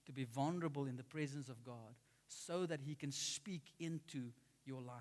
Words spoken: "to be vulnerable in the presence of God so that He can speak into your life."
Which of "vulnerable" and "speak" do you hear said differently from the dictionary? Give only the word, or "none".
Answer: none